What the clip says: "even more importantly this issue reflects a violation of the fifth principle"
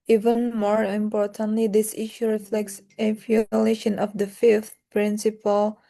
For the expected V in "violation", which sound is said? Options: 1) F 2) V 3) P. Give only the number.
1